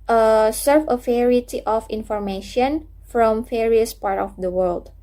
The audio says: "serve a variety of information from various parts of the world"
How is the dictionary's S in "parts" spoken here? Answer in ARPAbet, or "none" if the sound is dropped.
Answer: none